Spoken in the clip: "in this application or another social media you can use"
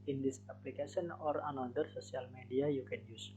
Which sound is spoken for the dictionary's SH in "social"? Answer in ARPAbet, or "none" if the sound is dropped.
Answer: S